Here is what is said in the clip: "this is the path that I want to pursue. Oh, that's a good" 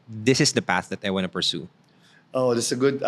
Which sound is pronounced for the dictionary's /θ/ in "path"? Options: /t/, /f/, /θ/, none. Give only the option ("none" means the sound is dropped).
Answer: /θ/